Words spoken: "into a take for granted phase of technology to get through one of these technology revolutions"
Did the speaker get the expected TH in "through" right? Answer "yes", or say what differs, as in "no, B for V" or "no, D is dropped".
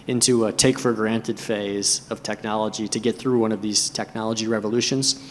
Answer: yes